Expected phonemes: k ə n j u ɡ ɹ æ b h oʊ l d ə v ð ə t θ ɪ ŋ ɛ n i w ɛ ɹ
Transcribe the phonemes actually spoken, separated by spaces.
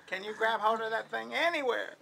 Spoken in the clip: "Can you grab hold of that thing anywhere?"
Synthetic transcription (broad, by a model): k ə n j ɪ ɡ ɹ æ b h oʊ n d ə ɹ ð ə t θ ɪ ŋ ɛ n i w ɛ ɹ